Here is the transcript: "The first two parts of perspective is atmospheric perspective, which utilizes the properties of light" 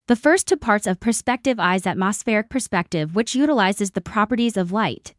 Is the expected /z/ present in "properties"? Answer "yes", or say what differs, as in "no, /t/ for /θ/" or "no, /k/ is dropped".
yes